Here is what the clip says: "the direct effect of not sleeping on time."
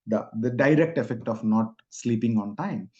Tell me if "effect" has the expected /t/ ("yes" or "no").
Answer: yes